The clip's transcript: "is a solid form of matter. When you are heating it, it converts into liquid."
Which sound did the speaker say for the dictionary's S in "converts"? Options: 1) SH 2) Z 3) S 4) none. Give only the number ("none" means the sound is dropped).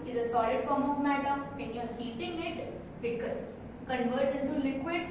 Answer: 1